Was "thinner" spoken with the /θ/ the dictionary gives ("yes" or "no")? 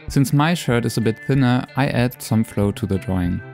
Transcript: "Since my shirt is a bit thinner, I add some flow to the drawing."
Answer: yes